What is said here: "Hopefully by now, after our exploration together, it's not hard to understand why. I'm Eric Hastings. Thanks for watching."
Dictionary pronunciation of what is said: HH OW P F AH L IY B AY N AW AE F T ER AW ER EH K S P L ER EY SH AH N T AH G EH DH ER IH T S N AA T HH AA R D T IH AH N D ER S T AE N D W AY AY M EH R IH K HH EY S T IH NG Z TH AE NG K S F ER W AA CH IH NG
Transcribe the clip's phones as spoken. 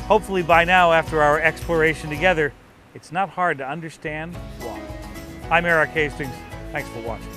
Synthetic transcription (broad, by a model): HH OW P F L IY B AY N AW AE F T ER AW ER EH K S P L ER EY SH AH N T AH G EH DH ER IH T S N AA T HH AA R D T IH AH N D ER S T AE N D W AY AY M EH R IH K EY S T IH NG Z TH AE NG K S F ER W AA CH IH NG